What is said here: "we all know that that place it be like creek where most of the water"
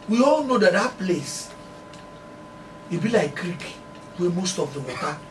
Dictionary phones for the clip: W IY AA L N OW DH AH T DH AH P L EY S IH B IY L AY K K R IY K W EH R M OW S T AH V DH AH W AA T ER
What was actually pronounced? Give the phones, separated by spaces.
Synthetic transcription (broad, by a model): W IY AA L N OW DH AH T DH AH P L EY S IH B IY L AY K K R IY K W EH M OW S T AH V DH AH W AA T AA